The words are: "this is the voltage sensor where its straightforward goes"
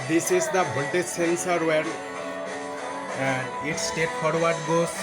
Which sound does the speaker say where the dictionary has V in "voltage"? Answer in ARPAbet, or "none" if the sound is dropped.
B